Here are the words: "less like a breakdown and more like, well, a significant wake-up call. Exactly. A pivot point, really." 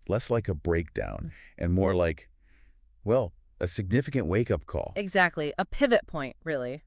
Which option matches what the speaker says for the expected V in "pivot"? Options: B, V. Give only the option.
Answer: V